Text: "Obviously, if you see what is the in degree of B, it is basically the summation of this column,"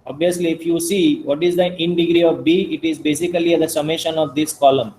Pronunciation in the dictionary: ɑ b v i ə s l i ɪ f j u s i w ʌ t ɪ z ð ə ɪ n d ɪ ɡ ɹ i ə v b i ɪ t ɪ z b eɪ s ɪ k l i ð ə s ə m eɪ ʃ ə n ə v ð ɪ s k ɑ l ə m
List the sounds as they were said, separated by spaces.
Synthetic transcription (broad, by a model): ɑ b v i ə s l i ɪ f j u s i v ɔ t ɪ z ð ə ɪ n d ɪ ɡ ɹ i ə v b i ɪ t ɪ z b eɪ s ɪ k l i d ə s ə m eɪ ʃ ə n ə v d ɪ s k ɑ l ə m